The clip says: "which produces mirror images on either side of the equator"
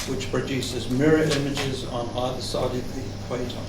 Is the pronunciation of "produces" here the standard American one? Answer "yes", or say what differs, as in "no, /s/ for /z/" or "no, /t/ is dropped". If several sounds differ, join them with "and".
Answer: yes